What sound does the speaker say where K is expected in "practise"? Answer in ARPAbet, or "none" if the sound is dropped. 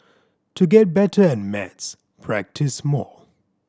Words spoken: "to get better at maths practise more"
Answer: K